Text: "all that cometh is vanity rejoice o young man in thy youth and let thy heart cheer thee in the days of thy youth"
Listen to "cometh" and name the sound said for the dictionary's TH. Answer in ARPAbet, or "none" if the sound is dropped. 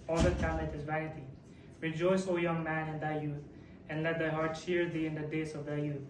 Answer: T